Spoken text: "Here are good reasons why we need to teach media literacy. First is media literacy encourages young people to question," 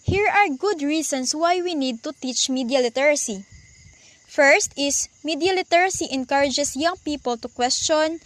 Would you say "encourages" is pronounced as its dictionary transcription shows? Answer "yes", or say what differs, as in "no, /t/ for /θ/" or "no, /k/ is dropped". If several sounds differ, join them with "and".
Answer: no, /s/ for /z/